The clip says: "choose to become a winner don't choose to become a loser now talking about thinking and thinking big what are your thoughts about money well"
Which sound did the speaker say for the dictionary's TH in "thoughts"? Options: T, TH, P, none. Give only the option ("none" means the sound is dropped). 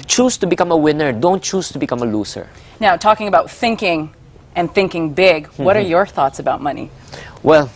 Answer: TH